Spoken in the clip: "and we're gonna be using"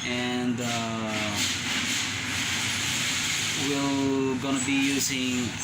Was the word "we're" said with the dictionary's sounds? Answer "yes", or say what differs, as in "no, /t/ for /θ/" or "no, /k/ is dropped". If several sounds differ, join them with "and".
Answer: no, /l/ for /ɹ/